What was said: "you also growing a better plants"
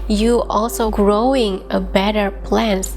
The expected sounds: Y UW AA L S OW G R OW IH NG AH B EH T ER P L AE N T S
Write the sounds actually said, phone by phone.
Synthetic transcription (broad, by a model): Y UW AA L S OW G R OW IH NG AH B EH T ER P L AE N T